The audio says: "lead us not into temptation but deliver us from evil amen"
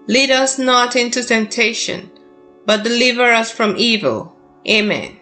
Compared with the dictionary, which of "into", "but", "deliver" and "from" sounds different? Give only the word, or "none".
none